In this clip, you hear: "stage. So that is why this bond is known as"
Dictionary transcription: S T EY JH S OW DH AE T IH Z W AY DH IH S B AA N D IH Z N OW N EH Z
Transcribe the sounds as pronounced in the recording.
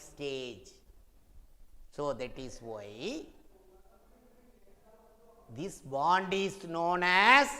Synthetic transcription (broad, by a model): S T EY JH S OW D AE T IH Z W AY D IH S B AA N D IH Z N OW N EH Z